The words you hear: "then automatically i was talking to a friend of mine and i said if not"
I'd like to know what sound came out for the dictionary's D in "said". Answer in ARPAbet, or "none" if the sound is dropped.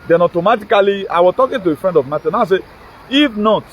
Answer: none